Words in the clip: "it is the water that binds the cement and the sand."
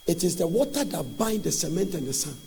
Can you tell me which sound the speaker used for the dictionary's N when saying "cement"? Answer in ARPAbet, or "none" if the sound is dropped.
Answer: N